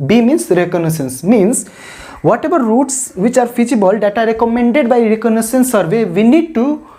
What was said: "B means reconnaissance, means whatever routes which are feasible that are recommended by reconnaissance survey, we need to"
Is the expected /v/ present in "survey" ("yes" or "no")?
yes